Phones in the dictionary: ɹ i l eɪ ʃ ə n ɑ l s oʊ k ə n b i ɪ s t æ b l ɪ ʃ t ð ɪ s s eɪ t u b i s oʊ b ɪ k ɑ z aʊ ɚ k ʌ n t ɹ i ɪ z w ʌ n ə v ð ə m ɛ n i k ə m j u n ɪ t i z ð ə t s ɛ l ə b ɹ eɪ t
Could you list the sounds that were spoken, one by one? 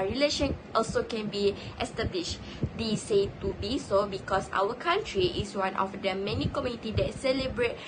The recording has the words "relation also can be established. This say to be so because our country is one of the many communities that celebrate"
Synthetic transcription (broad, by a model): ɹ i l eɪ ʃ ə n ɑ l s oʊ k ə n b i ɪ s t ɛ b l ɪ ʃ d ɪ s s eɪ t u b i s oʊ b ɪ k ɑ s aʊ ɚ k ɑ n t ɹ i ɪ s w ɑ n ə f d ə m ɛ n i k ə m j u n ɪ t i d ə t s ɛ l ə b ɹ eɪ t